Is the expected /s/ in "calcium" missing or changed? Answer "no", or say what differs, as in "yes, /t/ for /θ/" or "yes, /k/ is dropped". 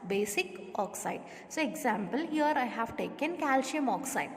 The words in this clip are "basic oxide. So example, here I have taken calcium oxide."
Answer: yes, /ʃ/ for /s/